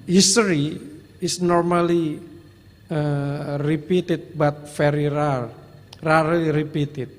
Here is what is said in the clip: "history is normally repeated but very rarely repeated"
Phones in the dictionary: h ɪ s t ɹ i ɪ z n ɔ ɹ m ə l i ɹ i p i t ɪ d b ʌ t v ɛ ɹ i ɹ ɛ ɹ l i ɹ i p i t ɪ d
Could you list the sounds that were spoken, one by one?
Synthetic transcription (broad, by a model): h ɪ s t ɹ i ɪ s n ɔ ɹ m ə l i ɹ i p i t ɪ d b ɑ t f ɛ ɹ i ɹ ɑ ɹ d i ɹ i p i t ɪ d